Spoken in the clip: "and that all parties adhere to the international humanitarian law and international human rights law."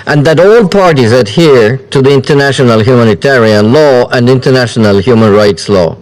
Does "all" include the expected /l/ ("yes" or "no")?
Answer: yes